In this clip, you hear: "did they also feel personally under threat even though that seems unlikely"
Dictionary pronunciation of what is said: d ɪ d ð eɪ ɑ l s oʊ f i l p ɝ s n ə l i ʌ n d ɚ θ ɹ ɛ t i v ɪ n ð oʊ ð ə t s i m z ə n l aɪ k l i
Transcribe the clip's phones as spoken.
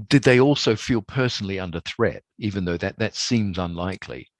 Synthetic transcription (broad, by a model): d ɪ d ð eɪ ɑ l s oʊ f i l p ɝ s n l i ʌ n d ɚ θ ɹ ɛ t i v ɪ n ð oʊ ð ə t s i m z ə n l aɪ k l i